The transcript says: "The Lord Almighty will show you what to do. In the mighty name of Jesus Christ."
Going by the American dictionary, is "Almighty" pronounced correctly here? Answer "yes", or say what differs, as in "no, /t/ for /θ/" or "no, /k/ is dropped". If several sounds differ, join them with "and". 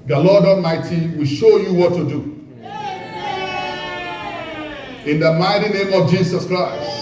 no, /l/ is dropped